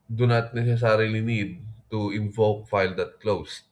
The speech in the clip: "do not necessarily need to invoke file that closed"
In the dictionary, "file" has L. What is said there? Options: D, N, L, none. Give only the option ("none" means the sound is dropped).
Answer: L